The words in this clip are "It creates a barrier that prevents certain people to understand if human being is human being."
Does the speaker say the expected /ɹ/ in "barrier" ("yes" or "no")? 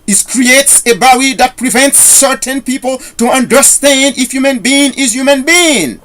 no